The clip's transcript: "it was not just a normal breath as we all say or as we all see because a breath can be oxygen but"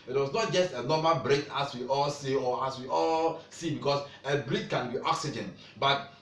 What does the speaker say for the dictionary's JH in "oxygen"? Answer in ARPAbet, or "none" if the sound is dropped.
JH